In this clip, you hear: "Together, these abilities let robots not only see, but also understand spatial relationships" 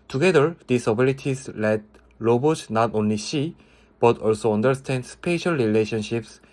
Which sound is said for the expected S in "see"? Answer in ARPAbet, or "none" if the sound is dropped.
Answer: SH